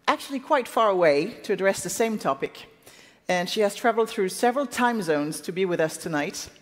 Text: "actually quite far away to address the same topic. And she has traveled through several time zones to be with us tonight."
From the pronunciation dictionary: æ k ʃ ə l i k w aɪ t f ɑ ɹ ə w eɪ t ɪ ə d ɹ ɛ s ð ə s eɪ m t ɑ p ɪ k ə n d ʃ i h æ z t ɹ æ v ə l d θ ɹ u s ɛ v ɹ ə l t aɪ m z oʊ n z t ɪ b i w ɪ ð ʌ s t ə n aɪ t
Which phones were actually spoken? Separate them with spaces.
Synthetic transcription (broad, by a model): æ k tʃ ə l i k w aɪ t f ɑ ɹ ə w eɪ t ɪ ə d ɹ ɛ s ð ə s eɪ m t ɑ p ɪ k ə n ʃ i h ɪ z t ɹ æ v l d θ ɹ u s ɛ v ɹ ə l t aɪ m z oʊ n z t ɪ b i w ɪ ð ʌ s t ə n aɪ t